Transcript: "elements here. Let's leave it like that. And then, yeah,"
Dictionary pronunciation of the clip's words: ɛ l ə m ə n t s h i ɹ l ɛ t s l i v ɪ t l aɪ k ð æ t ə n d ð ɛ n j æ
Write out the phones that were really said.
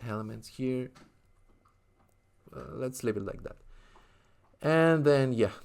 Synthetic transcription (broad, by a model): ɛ l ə m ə n t s h i ɹ l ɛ t s l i p ɪ t l aɪ k ð æ t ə n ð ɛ n j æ